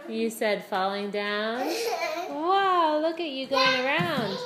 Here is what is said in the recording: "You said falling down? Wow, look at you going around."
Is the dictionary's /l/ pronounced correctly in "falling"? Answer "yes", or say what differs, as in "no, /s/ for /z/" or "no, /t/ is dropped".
yes